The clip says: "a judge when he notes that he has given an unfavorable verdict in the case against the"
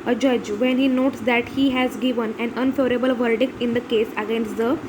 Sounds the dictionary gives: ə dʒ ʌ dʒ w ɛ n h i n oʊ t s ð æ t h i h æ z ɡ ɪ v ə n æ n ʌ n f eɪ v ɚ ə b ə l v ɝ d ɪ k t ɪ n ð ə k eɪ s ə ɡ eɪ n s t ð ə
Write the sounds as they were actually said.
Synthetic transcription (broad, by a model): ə dʒ ʌ dʒ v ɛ n h i n oʊ t s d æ t h i h æ z ɡ ɪ v ə n æ n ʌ n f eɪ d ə b ə l v ɝ d ɪ k t ɪ n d ə k eɪ s ə ɡ eɪ n s t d ə